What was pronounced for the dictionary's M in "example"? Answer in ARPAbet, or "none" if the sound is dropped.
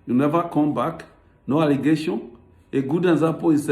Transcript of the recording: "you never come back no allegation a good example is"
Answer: none